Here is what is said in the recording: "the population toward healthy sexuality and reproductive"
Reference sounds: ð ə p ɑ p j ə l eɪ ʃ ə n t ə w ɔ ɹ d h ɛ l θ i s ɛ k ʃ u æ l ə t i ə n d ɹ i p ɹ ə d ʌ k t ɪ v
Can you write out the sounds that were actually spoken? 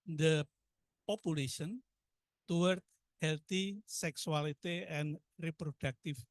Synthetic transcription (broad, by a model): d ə p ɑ p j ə l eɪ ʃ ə n t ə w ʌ ɹ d h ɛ l t i s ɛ k s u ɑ l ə t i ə n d ɹ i p ɹ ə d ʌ k t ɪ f